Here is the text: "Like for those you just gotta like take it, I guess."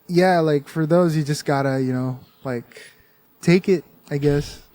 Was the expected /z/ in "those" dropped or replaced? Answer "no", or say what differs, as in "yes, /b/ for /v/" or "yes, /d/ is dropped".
no